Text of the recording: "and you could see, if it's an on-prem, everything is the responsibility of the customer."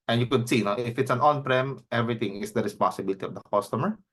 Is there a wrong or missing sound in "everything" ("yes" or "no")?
yes